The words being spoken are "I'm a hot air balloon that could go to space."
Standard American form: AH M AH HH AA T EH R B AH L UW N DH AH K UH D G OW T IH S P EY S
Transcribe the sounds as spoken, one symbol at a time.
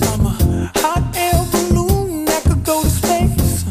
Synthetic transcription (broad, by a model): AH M AH HH AA T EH L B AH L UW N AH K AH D G OW T IH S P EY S